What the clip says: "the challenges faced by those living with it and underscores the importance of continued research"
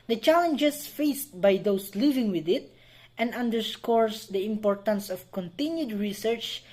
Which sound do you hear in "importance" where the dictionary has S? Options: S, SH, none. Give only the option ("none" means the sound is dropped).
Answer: S